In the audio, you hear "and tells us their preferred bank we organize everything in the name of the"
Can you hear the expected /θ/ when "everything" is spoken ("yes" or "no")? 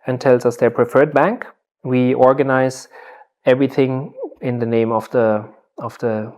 yes